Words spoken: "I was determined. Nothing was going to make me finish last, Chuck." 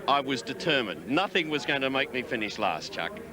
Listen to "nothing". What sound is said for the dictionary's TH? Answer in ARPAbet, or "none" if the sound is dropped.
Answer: TH